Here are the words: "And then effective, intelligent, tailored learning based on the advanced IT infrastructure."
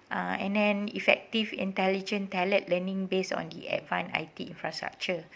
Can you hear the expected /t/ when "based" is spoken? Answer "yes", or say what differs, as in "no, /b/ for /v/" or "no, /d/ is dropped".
no, /t/ is dropped